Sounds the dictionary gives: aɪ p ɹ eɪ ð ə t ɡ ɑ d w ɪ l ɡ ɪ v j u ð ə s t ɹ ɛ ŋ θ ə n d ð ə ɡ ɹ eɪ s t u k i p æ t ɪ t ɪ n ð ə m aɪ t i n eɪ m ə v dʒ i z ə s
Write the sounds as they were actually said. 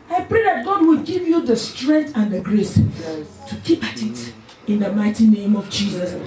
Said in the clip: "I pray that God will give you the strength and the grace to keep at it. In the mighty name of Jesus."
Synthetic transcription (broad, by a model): aɪ p ɹ eɪ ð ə t ɡ ɑ d w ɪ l ɡ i v j u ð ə s t ɹ ɛ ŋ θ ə n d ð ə ɡ ɹ eɪ s t u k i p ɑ t ɪ t ɪ n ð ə m aɪ t i n eɪ m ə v dʒ i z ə s